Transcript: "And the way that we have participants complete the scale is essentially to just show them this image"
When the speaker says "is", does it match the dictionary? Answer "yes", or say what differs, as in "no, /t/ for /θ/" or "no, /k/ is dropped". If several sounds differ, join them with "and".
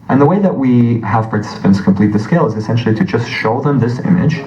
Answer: yes